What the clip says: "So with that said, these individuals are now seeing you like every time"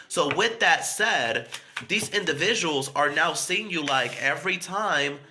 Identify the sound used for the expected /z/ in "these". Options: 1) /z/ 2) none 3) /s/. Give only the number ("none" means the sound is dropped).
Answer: 1